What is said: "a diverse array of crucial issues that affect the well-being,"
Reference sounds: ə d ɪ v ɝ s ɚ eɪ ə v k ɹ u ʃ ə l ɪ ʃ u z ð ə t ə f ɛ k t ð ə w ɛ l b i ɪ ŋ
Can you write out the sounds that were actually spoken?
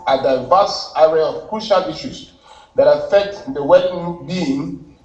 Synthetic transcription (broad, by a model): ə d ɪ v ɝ s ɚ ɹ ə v k ɹ u ʃ ə l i ʃ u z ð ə t ə f ɛ k t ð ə w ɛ n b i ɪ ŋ